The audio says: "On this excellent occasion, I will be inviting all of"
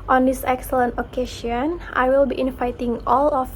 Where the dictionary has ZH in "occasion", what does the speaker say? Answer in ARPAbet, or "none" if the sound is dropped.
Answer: SH